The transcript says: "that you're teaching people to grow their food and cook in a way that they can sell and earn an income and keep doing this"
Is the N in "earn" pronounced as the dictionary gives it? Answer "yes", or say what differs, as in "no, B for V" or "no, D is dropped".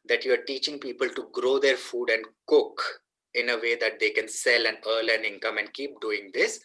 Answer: no, L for N